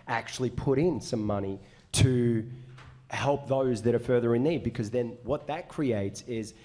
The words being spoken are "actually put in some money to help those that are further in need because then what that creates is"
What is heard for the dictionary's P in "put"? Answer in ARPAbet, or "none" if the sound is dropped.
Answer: P